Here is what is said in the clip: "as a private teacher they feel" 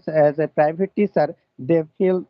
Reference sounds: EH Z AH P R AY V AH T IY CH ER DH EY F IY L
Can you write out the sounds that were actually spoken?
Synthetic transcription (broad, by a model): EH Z AH P R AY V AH T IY S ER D EY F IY L